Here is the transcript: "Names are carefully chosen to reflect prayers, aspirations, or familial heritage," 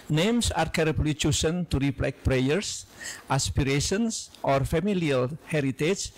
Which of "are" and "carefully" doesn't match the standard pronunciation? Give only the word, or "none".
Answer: carefully